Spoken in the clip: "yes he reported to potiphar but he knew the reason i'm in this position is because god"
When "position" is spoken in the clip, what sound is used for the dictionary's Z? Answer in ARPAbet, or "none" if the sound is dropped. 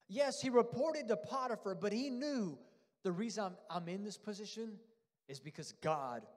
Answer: Z